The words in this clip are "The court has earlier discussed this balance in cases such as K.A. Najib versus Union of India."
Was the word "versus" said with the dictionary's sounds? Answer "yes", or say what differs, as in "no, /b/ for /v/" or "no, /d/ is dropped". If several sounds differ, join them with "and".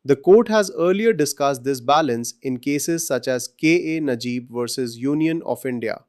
yes